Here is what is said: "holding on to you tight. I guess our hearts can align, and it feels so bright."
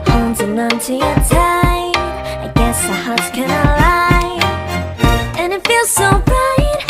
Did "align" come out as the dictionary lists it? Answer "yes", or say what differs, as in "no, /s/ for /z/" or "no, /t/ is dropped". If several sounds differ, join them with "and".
no, /n/ is dropped